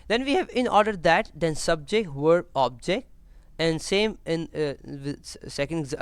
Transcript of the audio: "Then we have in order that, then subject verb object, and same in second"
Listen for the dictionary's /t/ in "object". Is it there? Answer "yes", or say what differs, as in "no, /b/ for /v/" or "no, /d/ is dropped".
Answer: yes